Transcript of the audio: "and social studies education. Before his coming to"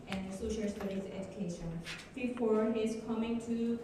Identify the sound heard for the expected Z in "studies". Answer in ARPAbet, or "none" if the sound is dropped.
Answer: S